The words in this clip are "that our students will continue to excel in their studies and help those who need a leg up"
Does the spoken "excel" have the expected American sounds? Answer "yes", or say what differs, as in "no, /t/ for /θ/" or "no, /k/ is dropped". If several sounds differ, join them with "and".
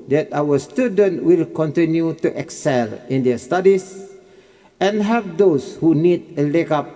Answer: yes